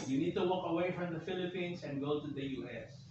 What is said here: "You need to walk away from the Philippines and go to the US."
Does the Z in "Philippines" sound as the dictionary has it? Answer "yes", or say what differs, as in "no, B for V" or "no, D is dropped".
no, S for Z